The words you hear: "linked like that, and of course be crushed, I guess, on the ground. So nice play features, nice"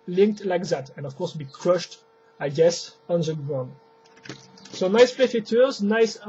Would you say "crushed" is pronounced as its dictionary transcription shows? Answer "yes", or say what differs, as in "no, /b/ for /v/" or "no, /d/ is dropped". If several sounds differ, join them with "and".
yes